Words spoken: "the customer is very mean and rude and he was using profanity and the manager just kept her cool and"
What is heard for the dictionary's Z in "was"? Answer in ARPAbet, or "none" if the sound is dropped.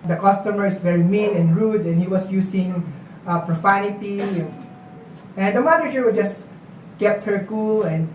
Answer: S